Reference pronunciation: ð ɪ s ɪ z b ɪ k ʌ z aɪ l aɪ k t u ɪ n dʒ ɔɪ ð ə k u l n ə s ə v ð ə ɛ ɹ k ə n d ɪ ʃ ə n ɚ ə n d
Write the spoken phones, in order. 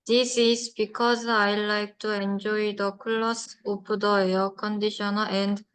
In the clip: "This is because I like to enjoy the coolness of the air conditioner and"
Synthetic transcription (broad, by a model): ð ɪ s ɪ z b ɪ k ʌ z aɪ l aɪ k t u ɪ n dʒ ɔɪ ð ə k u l ə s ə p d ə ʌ k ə n d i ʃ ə n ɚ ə n d